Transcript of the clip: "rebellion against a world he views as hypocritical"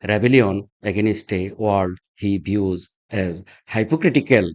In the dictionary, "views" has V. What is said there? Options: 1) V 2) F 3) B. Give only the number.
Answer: 3